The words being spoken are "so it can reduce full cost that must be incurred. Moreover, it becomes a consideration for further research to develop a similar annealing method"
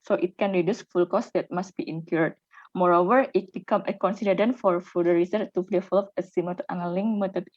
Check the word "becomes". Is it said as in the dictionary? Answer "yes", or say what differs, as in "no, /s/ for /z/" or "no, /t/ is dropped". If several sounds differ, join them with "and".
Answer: no, /z/ is dropped